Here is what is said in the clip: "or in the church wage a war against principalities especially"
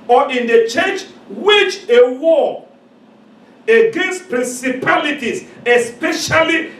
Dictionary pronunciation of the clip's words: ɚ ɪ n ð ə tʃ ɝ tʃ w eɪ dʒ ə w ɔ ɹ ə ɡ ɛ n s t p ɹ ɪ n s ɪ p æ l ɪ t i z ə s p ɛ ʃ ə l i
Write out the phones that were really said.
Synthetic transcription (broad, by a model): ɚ ɪ n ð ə tʃ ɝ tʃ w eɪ tʃ ə w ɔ ə ɡ ɛ n s t p ɹ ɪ n s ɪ p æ l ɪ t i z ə s p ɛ ʃ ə l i